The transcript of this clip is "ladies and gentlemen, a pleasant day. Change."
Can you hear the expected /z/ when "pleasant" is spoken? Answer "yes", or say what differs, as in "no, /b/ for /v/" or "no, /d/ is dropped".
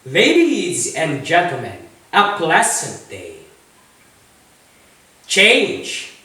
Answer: no, /s/ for /z/